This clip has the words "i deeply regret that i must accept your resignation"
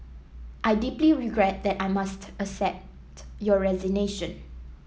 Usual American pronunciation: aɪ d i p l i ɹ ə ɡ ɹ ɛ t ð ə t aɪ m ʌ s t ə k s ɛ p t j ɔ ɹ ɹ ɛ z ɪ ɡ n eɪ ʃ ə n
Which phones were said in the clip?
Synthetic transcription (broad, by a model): aɪ d i p l i ɹ ə ɡ ɹ ɛ t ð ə t aɪ m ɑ s t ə s ɛ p t j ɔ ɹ ɹ ɛ z ɪ ɡ n eɪ ʃ ə n